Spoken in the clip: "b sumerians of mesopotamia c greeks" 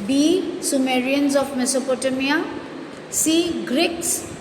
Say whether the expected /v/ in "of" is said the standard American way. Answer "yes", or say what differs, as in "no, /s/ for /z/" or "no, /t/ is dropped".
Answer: no, /p/ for /v/